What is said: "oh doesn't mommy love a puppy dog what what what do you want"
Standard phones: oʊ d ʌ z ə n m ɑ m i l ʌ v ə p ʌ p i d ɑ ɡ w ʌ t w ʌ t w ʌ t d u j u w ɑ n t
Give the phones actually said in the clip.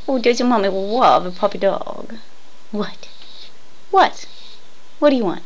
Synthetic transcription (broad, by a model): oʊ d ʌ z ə m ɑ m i w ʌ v ə p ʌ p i d ɑ ɡ w ʌ t w ʌ t w ʌ t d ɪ j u w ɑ n t